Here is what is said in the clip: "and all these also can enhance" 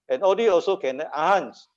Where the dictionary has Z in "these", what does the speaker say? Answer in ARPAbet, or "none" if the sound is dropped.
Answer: none